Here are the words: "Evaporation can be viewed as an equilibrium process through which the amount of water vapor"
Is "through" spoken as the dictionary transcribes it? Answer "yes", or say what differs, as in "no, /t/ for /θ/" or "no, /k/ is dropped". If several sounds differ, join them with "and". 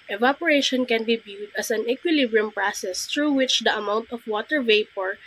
no, /t/ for /θ/